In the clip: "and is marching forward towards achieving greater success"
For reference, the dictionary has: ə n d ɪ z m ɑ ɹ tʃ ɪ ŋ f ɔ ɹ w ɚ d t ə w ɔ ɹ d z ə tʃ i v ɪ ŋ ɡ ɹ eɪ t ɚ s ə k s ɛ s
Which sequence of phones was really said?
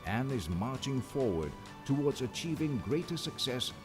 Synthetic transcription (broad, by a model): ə n ɪ z m ɑ ɹ tʃ ɪ ŋ f ɔ ɹ w ɚ d t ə w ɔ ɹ d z ə tʃ i v ɪ ŋ ɡ ɹ eɪ t ɚ s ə k s ɛ s